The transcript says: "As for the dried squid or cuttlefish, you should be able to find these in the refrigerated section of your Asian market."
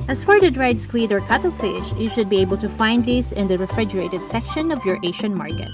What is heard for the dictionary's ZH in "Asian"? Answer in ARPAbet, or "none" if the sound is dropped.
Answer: SH